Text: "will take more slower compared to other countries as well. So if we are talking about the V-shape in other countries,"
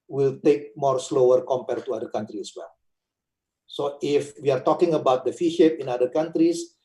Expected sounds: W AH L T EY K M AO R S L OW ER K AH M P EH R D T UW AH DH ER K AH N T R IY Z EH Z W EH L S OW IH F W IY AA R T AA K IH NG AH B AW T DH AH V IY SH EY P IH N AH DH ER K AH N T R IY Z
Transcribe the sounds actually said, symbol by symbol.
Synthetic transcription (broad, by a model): W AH L T EY K M AO R S L OW ER K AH M P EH R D T UW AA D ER K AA N T R IY EH S W EH L S OW IH F W IY AA R T AA K IH NG AH B AW T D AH F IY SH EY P IH N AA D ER K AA N T R IY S